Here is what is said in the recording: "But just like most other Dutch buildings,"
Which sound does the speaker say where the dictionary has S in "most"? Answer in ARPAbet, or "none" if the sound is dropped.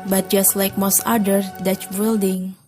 S